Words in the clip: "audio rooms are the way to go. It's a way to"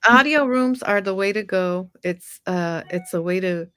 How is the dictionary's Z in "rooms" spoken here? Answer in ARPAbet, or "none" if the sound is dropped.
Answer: Z